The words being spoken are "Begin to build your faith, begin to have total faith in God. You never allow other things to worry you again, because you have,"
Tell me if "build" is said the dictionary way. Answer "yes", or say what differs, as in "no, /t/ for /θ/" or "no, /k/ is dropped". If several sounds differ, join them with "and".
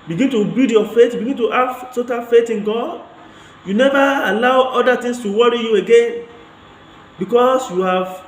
no, /l/ is dropped